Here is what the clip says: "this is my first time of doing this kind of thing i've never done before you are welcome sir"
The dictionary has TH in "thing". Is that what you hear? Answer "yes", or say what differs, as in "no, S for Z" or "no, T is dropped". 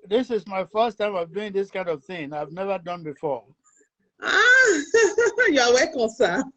yes